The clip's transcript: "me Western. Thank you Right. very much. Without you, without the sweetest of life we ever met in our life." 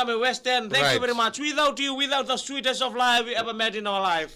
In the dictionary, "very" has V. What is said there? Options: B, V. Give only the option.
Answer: V